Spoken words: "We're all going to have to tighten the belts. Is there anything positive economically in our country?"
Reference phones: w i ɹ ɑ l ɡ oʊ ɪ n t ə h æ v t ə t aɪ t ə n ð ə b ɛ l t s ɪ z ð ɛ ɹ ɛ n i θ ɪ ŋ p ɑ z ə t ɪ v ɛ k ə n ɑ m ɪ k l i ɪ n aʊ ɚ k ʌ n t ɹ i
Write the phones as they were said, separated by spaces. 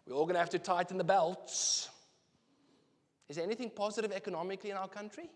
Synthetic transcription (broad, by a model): w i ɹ ɑ l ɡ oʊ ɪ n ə h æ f t ə t aɪ t ə n ð ə b ɛ l t s ɪ z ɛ ɛ n i θ ɪ ŋ p ɑ z ə t ɪ v ɛ k ə n ɑ m ɪ k l i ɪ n aʊ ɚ k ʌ n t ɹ i